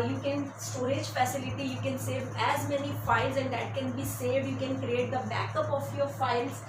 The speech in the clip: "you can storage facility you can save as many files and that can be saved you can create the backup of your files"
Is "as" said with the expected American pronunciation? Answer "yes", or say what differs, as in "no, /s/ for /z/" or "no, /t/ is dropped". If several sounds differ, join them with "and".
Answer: yes